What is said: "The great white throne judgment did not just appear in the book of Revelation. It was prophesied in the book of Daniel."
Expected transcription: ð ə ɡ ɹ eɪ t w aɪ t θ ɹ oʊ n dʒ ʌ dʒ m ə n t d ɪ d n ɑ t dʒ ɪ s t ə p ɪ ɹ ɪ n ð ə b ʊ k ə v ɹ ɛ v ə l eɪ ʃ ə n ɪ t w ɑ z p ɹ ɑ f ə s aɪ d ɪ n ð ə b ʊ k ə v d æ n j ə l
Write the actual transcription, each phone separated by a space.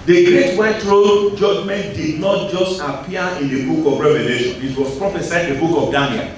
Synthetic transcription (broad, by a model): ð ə ɡ ɹ eɪ t w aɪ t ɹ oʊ dʒ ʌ dʒ m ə n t d ɪ d n ɑ t dʒ ɪ s t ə p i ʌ ɪ n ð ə b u k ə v ɹ ɛ v ə l eɪ ʃ ə n ɪ t w ɑ s p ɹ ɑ f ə s aɪ ɪ n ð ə b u k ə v d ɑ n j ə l